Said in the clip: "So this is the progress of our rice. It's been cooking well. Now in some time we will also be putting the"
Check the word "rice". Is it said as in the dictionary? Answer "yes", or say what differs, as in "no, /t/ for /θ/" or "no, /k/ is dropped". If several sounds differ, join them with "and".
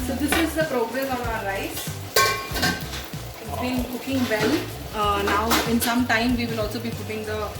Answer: no, /s/ is dropped